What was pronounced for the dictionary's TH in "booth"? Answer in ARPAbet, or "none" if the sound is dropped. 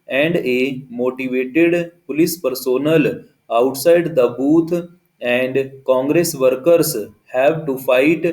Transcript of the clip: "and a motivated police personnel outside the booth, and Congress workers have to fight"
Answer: T